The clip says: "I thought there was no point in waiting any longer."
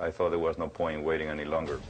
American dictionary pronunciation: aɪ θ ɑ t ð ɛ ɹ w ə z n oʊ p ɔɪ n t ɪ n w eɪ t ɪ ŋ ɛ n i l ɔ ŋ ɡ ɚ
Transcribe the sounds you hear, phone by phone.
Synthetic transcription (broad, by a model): aɪ θ ɑ t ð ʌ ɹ w ə z n oʊ p ɔɪ n t w eɪ t ɪ ŋ ɛ n i l ɔ ŋ ɡ ɚ